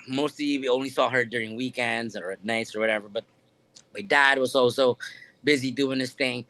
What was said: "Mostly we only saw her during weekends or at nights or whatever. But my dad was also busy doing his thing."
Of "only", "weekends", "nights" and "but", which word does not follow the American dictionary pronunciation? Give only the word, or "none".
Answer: none